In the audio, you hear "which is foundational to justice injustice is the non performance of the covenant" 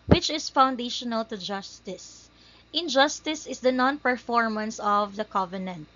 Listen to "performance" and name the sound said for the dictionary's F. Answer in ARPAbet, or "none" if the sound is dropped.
F